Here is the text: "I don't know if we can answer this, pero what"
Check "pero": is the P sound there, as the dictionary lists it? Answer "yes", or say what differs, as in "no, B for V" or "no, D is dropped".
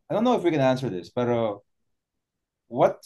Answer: no, B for P